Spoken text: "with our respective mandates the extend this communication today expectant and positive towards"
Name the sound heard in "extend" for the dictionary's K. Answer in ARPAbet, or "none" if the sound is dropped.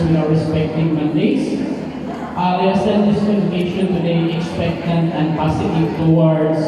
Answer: none